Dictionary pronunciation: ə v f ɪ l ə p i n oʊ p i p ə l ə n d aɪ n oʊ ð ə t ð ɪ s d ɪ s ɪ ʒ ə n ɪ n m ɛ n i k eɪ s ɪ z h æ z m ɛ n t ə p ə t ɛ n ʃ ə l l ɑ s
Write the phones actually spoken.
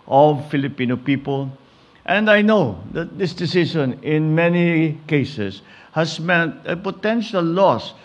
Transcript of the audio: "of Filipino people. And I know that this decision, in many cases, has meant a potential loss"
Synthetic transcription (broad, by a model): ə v f ɪ l ə p i n oʊ p i p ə l ə n d aɪ n oʊ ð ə t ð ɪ s d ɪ s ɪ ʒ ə n ɪ n m ɛ n i k eɪ s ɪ s h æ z m ɛ n t ə p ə t ɛ n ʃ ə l l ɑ s